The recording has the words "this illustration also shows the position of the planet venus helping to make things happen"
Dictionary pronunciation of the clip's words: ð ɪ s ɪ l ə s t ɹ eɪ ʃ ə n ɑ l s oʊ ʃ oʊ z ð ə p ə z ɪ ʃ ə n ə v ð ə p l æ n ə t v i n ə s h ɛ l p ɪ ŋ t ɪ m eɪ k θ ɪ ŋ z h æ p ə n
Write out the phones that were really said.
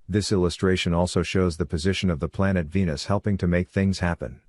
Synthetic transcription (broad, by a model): ð ɪ s ɪ l ə s t ɹ eɪ ʃ ə n ɑ l s oʊ ʃ oʊ z ð ə p ə z ɪ ʃ ə n ə v ð ə p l æ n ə t v i n ə s h ɛ l p ɪ ŋ t ɪ m eɪ k θ ɪ ŋ z h æ p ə n